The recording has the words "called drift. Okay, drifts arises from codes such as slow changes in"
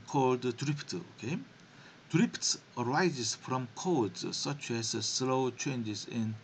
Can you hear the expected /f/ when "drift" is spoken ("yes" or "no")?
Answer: no